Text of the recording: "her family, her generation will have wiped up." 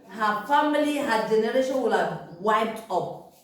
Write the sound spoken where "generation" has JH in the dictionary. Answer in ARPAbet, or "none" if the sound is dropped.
JH